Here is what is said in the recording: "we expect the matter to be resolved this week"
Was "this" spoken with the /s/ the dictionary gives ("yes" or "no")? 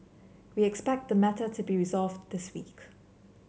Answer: yes